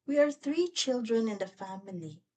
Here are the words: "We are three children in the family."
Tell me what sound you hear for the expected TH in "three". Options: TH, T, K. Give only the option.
TH